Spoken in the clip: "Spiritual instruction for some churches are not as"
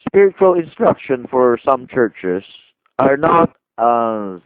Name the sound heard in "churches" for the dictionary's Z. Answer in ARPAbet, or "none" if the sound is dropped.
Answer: S